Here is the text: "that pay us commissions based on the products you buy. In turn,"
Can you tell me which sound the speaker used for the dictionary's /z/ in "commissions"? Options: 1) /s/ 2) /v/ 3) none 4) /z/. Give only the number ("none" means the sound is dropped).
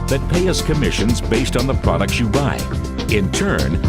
4